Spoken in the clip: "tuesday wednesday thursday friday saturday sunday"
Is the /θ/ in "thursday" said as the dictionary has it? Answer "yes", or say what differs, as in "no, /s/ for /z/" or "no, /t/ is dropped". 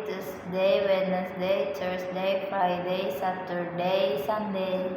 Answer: no, /t/ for /θ/